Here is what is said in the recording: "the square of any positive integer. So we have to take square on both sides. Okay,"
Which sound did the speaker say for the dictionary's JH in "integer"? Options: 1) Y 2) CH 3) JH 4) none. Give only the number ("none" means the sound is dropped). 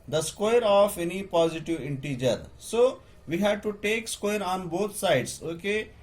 3